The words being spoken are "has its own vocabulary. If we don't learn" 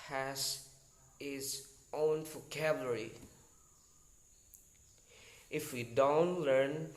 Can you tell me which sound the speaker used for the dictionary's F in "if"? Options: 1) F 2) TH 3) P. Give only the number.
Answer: 1